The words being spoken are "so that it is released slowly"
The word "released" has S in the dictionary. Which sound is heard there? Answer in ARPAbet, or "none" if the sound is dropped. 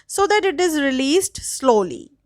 S